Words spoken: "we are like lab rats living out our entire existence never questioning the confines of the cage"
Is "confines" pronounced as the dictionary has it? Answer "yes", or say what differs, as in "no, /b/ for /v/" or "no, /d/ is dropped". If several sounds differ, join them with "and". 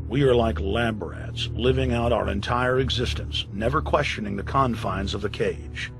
yes